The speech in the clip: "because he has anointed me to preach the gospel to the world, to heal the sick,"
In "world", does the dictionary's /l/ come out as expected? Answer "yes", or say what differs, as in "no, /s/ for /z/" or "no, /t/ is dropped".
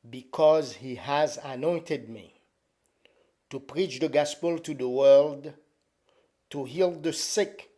yes